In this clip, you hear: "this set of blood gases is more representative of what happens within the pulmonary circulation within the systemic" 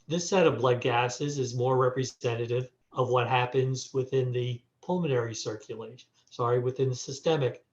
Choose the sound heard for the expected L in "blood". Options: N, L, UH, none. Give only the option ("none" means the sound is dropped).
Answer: L